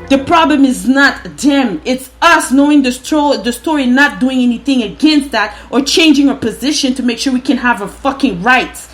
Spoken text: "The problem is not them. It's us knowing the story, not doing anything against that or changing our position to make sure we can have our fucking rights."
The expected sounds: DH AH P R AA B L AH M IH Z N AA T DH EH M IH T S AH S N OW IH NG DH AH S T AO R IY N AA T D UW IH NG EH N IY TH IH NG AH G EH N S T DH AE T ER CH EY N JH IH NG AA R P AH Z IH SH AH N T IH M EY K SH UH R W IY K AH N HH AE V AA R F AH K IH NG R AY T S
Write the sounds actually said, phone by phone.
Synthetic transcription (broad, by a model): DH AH P R AA B L AH M IH Z N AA T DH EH M IH T S AH S N OW IH NG DH AH S T AO R IY N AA T D UW IH NG EH N IY TH IH NG AH G EH N S T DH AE T ER CH EY N JH IH NG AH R P AH Z IH SH AH N T IH M EY K SH UH R W IY K AH N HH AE V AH F AH K IH NG R AY T